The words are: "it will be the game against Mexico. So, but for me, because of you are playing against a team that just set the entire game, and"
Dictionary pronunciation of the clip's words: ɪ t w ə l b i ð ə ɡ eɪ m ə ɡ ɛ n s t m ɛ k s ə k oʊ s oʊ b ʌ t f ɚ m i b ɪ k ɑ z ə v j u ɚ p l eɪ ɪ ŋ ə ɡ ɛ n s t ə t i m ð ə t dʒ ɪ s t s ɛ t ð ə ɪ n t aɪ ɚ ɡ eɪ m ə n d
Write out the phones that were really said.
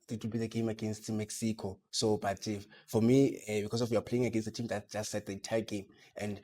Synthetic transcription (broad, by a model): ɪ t w ə l b i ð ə ɡ eɪ m ə ɡ ɛ n s t m ɛ k s ə k oʊ s oʊ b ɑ t f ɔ m i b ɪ k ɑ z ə f j u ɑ p l eɪ ɪ ŋ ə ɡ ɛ n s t ə t i m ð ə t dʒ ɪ s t s ɛ t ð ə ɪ n t aɪ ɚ ɡ eɪ m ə n d